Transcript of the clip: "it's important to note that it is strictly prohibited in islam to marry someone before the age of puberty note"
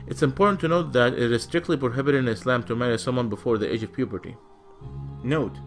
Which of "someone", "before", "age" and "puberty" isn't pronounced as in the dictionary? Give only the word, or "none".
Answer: none